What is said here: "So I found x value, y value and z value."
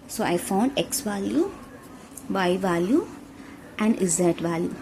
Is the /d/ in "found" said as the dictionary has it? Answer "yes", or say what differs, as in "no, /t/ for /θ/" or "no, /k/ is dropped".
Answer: yes